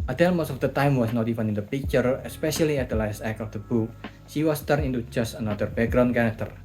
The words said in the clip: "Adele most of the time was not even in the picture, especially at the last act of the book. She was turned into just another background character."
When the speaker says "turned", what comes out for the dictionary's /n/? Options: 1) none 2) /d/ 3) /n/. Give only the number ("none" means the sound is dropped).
1